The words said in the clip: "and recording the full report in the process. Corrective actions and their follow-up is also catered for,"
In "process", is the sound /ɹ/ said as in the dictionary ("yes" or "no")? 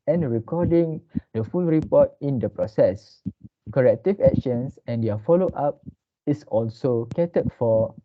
yes